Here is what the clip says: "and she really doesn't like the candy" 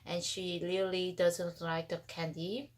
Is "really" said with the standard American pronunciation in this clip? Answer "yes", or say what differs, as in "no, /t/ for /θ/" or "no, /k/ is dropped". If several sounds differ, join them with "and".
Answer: no, /l/ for /ɹ/